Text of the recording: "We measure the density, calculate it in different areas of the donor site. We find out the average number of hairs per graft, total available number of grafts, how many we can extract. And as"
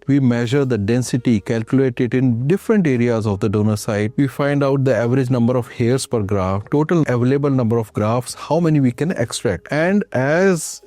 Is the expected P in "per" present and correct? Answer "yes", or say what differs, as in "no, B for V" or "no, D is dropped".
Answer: yes